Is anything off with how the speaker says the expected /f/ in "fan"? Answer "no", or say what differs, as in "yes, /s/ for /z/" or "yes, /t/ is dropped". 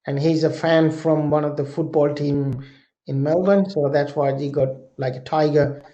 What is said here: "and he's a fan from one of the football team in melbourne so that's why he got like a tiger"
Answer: no